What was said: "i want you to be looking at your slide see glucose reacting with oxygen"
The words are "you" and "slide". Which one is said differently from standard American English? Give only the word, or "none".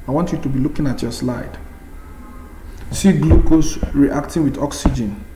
none